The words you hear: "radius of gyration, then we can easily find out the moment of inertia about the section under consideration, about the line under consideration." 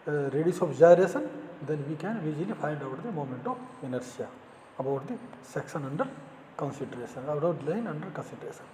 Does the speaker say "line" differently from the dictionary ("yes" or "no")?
no